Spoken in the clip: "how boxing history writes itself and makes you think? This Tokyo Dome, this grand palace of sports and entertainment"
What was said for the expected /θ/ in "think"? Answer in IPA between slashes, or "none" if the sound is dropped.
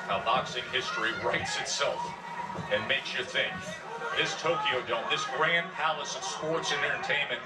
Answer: /θ/